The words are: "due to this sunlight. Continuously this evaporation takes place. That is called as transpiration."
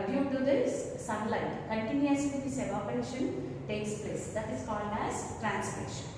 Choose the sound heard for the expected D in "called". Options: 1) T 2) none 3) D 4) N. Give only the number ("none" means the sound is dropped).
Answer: 3